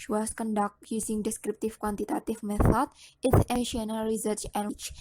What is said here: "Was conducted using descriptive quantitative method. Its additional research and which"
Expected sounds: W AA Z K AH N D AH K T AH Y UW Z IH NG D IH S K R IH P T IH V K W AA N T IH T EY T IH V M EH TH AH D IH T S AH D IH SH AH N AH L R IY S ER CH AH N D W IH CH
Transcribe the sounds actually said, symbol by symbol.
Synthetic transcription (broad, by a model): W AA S K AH N D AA K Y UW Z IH NG D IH S K R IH P T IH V K W AA N T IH T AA T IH F M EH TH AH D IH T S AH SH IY AH N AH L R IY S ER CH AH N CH